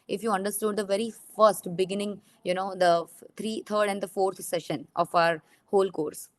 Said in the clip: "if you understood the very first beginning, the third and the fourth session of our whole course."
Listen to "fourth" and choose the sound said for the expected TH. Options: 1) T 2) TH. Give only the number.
1